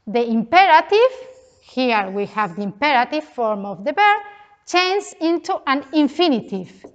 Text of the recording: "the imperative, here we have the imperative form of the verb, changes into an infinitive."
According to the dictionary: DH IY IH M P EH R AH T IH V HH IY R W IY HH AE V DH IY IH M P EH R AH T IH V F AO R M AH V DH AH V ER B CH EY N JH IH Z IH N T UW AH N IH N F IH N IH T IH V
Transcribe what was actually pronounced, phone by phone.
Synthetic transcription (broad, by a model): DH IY IH M P EH R AH T IH V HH IY R W IY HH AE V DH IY IH M P EH R AH T IH V F AO R M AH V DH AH B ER CH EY N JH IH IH N T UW AH N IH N F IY N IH T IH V